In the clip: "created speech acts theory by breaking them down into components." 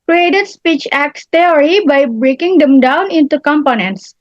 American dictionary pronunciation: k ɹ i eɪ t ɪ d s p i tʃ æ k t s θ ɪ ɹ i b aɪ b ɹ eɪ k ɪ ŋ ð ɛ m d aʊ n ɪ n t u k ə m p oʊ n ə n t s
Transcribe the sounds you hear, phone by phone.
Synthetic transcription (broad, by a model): k ɹ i eɪ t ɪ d s p i tʃ æ k t s t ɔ ɹ i b aɪ b ɹ eɪ k ɪ ŋ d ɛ m d aʊ n ɪ n t u k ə m p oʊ n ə n t s